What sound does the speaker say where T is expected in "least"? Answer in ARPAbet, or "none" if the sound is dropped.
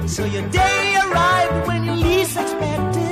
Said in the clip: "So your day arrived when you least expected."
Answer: none